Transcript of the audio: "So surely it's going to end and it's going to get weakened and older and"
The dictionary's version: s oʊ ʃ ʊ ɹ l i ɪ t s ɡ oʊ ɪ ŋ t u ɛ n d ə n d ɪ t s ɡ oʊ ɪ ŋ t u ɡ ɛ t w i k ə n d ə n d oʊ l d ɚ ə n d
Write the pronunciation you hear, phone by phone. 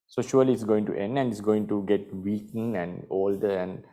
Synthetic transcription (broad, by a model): s oʊ ʃ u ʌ l i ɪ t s ɡ oʊ ɪ ŋ t u ɛ n d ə n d ɪ t s ɡ oʊ ɪ ŋ t u ɡ ɛ t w i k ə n ə n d oʊ l d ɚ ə n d